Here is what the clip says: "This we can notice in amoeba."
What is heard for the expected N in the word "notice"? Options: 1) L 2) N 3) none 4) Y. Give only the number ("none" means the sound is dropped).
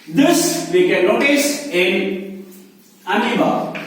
1